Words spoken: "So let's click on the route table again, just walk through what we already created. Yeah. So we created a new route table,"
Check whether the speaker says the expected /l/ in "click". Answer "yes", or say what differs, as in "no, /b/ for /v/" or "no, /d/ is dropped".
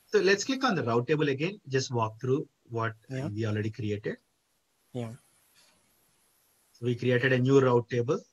no, /l/ is dropped